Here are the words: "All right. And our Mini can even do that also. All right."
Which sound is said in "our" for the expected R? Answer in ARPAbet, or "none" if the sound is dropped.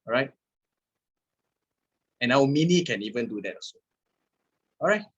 W